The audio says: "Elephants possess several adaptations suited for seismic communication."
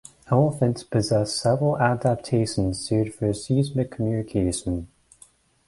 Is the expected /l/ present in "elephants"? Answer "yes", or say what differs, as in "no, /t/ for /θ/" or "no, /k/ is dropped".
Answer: no, /l/ is dropped